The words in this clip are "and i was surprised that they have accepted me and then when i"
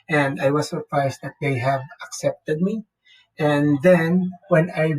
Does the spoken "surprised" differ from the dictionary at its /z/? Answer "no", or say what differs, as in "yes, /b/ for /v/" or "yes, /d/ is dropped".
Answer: yes, /s/ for /z/